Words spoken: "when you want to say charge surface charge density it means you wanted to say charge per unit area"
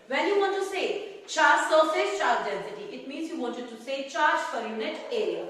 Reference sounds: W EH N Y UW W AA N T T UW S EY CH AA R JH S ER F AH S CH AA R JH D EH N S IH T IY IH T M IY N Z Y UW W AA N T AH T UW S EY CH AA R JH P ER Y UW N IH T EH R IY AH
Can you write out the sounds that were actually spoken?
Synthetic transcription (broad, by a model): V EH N Y UW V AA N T T UW S EY CH AA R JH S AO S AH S CH AA R JH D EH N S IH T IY IH T M IY N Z Y UW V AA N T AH T UW S EY CH AA R JH F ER Y UW N IH T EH R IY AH